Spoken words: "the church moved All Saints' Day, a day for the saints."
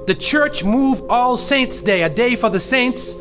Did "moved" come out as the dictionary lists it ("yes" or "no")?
no